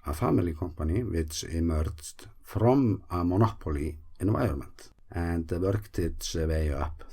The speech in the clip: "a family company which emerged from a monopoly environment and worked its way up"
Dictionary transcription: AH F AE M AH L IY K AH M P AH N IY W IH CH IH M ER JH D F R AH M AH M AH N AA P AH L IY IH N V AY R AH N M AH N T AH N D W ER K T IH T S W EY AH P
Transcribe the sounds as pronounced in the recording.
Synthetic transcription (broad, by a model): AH F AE M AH L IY K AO M P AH N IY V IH S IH M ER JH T F R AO M AH M AH N AA P AH L IY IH N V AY AH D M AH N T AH N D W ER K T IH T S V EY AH P